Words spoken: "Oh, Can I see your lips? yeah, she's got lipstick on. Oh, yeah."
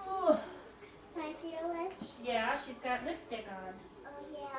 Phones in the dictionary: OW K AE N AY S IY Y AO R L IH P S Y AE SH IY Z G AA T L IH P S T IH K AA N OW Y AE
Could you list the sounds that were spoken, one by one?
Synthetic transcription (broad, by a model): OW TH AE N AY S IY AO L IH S Y AE SH IY Z G AA T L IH S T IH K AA N OW Y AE